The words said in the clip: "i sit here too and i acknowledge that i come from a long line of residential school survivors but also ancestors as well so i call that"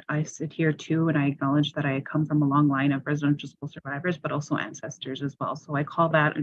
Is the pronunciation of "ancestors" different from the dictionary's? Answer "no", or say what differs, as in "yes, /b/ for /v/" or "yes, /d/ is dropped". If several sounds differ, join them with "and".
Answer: no